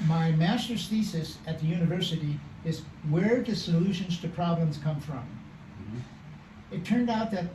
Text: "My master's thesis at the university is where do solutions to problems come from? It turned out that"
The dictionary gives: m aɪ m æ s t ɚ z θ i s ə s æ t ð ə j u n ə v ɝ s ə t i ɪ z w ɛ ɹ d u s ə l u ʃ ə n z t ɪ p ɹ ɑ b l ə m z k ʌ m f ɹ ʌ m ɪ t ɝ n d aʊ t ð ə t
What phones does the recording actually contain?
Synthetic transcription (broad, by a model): m aɪ m æ s t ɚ s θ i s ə s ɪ t ð ə j u n ə v ɝ s ə t i ɪ z w ɛ ɹ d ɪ s ə l u ʃ ə n z t ɪ p ɹ ɑ b l ə m z k ʌ m f ɹ ʌ m ɪ t ɝ n d aʊ t ð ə t